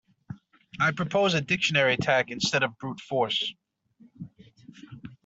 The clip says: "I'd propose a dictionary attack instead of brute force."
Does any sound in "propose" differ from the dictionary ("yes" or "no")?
no